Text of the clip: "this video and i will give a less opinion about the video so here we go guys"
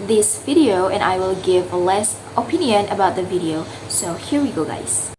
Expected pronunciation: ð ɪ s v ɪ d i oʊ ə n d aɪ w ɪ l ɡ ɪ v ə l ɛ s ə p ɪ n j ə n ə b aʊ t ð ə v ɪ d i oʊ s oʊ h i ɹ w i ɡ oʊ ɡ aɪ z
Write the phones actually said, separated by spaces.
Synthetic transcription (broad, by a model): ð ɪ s v ɪ d i oʊ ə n aɪ w ɪ l ɡ ɪ v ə l ɛ s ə p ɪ n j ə n ə b aʊ t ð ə v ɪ d i oʊ s oʊ h i ɹ w i ɡ oʊ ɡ aɪ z